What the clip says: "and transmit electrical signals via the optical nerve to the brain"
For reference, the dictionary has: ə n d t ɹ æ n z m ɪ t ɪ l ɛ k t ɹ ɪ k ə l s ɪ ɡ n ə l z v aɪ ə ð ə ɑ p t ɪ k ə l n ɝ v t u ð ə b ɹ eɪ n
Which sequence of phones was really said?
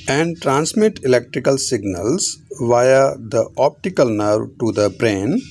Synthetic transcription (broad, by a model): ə n d t ɹ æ n s m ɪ t ɪ l ɛ k t ɹ ɪ k ə l s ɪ ɡ n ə l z v aɪ ə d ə ɑ p t ɪ k ə l n ɝ v t u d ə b ɹ eɪ n